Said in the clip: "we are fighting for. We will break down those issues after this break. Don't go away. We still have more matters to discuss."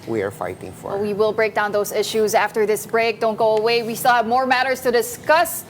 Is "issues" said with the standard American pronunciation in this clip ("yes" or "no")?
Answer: yes